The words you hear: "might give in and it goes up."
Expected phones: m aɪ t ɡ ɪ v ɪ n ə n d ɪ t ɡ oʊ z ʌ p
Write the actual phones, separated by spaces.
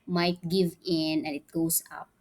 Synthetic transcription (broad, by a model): m aɪ t ɡ ɪ v ɪ n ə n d ɪ t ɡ oʊ s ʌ p